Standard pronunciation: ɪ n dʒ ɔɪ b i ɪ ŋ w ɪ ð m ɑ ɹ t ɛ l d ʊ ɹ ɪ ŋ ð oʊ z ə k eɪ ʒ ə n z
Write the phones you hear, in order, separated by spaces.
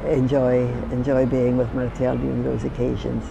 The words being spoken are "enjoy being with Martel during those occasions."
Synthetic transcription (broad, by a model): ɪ n dʒ ɔɪ b i ɪ ŋ w ɪ ð m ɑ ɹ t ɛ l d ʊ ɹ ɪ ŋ ð oʊ z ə k eɪ ʒ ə n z